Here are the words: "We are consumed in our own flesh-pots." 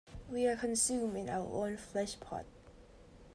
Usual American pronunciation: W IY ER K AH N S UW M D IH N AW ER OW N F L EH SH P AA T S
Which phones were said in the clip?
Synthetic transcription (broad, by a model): W IY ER K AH N S UW M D IH N AW ER OW N F L EH SH P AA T